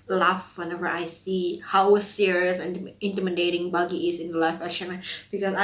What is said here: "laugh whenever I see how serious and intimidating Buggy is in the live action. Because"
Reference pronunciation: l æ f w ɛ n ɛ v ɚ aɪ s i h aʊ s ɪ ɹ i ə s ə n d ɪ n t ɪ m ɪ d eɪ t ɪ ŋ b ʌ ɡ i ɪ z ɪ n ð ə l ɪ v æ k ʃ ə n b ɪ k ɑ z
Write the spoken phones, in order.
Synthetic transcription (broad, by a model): l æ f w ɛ n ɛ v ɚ aɪ s i h aʊ s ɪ ɹ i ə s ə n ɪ n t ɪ m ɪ d eɪ t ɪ ŋ b ʌ ɡ i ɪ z ɪ n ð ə l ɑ f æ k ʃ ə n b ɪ k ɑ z